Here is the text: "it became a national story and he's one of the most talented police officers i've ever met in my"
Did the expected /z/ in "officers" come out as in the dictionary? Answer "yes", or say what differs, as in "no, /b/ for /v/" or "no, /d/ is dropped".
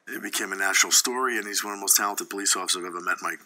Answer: no, /z/ is dropped